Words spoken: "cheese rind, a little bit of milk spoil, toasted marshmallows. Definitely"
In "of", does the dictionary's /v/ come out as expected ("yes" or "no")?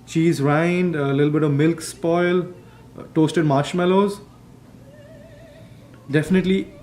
yes